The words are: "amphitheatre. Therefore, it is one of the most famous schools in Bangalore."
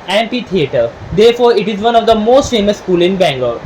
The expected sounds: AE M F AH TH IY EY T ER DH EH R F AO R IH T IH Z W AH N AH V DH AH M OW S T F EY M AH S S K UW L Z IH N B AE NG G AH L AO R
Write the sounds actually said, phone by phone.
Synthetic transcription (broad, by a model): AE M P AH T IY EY T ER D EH R F AO R IH T IH Z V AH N AH V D AH M OW S T F EY M AH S S K UW L IH N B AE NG G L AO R